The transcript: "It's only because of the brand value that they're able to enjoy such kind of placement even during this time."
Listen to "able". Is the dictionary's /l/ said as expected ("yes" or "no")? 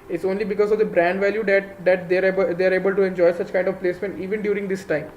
yes